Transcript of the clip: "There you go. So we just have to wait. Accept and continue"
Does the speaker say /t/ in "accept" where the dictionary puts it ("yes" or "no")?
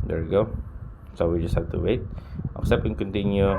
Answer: no